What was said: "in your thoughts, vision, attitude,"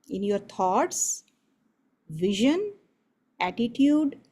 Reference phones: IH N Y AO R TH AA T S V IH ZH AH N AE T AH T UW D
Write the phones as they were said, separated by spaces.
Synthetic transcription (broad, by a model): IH N Y AO R T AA T S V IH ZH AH N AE T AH T UW D